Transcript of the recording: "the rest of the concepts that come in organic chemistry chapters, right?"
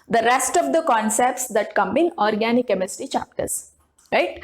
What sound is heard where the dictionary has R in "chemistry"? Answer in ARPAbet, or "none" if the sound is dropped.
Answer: none